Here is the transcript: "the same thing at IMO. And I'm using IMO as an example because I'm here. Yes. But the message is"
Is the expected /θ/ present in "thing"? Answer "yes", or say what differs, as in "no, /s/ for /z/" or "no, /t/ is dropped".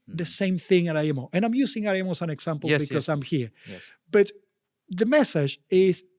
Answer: yes